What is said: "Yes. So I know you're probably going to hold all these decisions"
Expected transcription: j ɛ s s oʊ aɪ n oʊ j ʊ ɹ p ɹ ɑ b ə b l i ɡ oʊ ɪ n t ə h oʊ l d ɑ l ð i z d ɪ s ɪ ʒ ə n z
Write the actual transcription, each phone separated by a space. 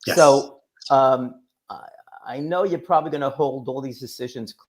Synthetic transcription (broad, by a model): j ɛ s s oʊ aɪ n oʊ j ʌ ɹ p ɹ ɑ b ə b l i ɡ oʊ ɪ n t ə h oʊ l d ɑ l ð i z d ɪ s ɪ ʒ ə n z